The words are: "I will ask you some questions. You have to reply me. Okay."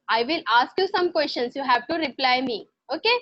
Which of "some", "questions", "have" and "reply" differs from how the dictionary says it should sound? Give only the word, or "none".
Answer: questions